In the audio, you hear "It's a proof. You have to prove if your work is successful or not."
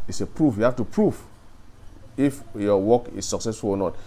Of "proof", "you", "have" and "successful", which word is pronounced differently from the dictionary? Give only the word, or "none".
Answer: have